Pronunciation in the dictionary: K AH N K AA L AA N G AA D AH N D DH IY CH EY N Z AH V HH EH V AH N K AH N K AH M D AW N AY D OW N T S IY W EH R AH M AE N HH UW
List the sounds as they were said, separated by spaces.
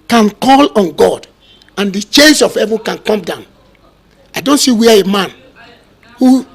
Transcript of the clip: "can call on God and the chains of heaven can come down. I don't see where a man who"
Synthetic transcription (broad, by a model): K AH N K AA L AA N G AA D AH N D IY CH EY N S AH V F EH V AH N K AH N K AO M D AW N AY D OW N T S IY W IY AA AH M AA N HH UW